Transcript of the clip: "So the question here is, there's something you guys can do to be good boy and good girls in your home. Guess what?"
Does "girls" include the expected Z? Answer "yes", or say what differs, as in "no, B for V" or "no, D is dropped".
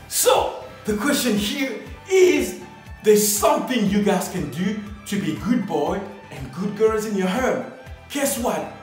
yes